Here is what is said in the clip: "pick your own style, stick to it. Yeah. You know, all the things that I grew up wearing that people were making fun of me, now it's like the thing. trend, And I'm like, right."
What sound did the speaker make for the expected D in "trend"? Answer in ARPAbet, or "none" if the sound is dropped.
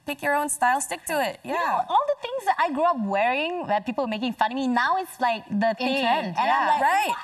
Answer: none